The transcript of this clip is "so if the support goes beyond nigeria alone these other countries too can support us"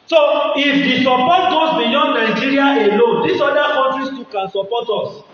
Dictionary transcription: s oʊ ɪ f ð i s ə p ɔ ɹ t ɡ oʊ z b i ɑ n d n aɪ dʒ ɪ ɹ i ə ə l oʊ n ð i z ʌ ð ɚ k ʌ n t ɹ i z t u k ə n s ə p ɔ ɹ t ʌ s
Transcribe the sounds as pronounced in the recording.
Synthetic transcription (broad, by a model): s oʊ ɪ f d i s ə p ɔ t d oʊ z b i ɑ n d n aɪ dʒ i ɹ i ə ə l oʊ n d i s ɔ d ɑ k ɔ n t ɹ i s t u k ə n s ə p ɔ t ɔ s